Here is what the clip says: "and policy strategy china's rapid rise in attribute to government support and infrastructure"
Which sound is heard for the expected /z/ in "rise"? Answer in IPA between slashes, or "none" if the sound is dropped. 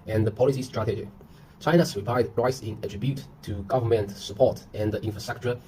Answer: /s/